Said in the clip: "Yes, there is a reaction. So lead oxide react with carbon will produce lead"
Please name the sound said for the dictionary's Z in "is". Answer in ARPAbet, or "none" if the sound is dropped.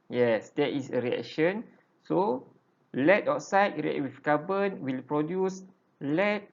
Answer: S